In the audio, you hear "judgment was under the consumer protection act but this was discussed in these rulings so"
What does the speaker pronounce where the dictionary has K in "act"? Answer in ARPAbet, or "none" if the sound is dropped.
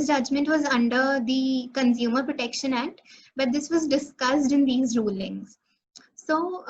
K